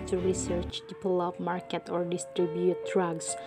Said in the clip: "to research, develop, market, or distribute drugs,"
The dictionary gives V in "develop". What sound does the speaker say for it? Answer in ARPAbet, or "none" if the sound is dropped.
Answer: P